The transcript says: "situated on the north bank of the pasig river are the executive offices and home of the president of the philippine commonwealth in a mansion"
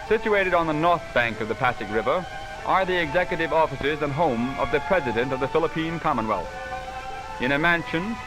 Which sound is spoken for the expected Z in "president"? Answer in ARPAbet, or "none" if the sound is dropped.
Z